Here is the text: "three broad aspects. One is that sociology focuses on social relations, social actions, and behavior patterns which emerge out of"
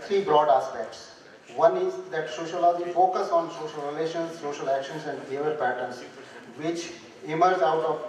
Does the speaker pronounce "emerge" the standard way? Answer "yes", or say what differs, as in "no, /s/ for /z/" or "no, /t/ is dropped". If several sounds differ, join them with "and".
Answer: no, /z/ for /dʒ/